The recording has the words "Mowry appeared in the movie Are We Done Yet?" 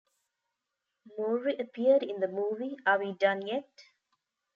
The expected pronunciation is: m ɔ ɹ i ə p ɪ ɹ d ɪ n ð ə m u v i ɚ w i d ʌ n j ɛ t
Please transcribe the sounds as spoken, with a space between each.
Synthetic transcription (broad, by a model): m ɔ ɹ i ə p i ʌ d ɪ n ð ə m u v i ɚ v i d ʌ n j ɛ t